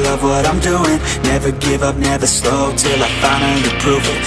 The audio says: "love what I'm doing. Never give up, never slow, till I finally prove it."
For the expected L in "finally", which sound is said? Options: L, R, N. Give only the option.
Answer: N